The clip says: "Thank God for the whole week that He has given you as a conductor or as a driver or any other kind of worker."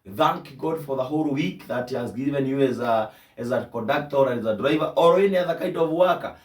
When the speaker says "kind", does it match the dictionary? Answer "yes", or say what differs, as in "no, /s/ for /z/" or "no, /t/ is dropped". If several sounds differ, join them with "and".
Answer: no, /n/ is dropped